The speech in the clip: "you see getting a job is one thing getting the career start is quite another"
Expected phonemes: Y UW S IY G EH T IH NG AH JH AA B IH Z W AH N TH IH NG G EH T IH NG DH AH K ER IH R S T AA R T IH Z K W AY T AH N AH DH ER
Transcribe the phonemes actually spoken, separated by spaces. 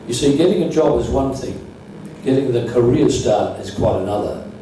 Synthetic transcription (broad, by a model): Y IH S IY G EH T IH NG AH JH AA B IH Z W AH N TH IH NG G EH T IH NG DH AH K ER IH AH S T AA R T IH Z K W AY T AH N AH DH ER